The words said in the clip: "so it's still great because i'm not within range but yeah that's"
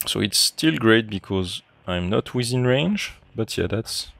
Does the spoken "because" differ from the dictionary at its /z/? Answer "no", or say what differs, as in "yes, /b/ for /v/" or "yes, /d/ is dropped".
no